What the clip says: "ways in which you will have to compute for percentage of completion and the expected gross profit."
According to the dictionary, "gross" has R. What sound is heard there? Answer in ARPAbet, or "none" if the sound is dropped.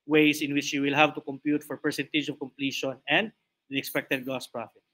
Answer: none